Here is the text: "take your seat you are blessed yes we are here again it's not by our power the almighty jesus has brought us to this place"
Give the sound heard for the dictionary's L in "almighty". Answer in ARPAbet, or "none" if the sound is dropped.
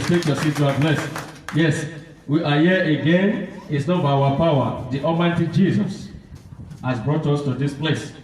none